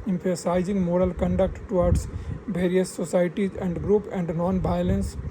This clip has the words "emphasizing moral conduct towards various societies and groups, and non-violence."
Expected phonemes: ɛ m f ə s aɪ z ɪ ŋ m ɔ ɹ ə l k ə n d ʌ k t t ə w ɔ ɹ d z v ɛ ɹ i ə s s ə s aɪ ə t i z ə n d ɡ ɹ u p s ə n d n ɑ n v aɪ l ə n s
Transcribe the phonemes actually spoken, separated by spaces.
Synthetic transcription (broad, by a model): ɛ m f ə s aɪ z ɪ ŋ m ɔ ɹ ə l k ə n d ʌ k t t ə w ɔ ɹ d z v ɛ ɹ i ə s s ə s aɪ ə t i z ə n d ɡ ɹ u p ə n d n ɑ n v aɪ l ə n s